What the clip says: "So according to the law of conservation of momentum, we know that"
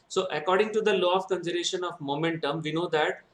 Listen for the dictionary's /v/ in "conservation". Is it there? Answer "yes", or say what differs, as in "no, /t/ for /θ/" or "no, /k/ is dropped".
no, /v/ is dropped